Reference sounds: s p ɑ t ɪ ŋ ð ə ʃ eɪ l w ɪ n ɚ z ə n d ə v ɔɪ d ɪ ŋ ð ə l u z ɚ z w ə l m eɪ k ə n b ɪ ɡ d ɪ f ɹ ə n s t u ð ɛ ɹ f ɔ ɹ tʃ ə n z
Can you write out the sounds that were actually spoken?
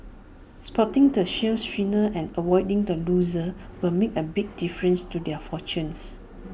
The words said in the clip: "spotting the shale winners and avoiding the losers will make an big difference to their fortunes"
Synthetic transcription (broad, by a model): s p ɑ t ɪ ŋ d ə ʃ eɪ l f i n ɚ ə n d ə w ɔɪ d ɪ ŋ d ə l u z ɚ w ə l m eɪ k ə b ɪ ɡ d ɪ f ɹ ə n s t u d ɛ f ɔ tʃ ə n s